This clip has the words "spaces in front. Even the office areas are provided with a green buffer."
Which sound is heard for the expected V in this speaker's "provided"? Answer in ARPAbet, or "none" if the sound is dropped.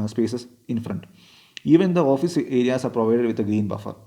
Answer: V